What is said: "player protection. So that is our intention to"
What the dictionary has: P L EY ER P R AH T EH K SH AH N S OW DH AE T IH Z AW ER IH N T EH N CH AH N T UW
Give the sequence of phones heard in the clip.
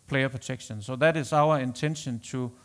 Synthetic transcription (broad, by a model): P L EY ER P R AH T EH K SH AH N S OW DH AE T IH S AW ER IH N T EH N SH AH N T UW